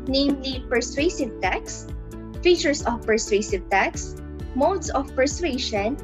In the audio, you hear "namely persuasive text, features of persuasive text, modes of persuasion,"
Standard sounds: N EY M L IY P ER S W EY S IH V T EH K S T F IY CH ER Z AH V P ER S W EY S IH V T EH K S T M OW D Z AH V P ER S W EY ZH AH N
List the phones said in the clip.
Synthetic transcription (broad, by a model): N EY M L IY P ER S W EY S IH V T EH K S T F IY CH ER S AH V P ER S W EY S IH V T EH K S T M OW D S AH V P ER S W EY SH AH N